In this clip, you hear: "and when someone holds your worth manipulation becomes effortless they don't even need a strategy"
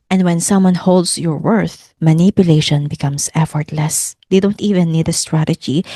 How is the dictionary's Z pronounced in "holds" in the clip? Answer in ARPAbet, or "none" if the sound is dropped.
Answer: S